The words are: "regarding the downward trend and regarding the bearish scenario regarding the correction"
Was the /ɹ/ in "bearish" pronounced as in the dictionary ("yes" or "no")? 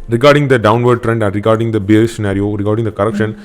no